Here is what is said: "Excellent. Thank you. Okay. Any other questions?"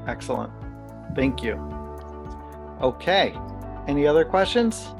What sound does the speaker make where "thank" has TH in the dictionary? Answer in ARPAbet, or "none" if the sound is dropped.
TH